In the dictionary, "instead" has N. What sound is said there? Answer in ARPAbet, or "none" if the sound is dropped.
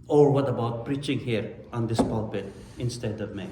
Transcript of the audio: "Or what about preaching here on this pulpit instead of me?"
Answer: N